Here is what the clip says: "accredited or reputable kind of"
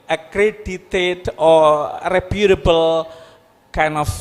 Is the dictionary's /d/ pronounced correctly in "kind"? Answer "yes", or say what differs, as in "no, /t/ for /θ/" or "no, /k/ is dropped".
no, /d/ is dropped